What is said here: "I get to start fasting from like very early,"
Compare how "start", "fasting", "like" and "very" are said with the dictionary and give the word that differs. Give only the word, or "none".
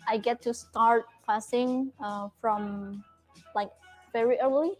fasting